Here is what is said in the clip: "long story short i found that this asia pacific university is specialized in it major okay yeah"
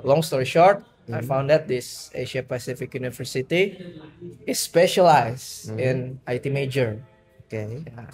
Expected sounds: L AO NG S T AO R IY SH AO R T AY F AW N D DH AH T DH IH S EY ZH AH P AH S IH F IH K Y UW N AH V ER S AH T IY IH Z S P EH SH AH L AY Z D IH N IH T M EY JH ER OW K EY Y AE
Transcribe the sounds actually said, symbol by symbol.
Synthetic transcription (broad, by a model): L AO NG S T AO R IY SH AO R T AY F AW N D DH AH T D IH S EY SH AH P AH S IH F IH K Y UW N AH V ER S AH T IY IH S P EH SH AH L AY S IH N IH T M EY JH ER OW K EY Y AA